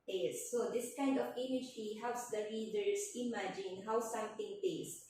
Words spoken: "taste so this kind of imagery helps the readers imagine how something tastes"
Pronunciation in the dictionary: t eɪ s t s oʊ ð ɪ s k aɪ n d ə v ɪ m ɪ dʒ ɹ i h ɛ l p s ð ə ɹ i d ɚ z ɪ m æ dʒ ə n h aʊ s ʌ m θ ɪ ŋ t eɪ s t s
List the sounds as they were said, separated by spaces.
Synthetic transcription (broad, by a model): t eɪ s s oʊ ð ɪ s k aɪ n d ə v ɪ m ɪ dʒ i h ɛ l p s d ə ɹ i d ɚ s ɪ m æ dʒ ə n h aʊ s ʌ m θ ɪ ŋ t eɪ s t